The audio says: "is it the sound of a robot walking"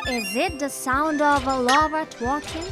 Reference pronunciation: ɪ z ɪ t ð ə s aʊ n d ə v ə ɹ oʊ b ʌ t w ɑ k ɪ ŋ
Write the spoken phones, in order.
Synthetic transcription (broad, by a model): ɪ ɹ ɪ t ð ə s aʊ n d ə v ə l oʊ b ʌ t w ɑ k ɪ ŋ